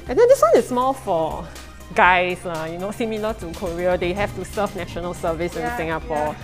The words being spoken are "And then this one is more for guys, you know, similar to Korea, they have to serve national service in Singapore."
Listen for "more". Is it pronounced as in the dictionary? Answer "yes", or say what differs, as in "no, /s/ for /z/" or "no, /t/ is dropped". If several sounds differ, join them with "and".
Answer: no, /l/ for /ɹ/